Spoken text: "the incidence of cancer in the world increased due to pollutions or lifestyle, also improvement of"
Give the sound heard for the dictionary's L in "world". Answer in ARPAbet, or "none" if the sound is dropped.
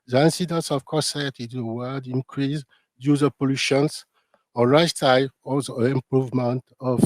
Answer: none